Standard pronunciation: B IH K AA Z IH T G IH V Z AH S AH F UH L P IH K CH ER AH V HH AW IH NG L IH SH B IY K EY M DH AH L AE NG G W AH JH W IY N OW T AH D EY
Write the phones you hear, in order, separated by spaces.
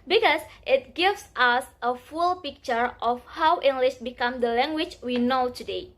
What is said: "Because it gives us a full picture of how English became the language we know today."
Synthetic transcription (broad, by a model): B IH K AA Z IH T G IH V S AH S AH F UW L P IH K CH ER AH F HH AW IH NG L IH SH B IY K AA M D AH L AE NG G W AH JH W IY N OW T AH D EY